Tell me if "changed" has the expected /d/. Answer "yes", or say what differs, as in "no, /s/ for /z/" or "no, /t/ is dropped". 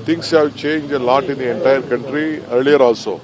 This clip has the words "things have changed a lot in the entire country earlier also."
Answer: no, /d/ is dropped